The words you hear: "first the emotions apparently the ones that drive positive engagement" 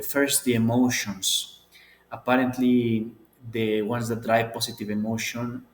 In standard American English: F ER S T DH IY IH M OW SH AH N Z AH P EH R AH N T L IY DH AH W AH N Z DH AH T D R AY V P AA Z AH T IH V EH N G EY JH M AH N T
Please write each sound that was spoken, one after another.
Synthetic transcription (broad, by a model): F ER S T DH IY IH M OW SH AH N S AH P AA R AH N T L IY DH AH W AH N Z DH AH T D R AY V P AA S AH T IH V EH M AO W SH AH N